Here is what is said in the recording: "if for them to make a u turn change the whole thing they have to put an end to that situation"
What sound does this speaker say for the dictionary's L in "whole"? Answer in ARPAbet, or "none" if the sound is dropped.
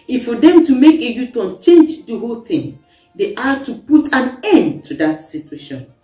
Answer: L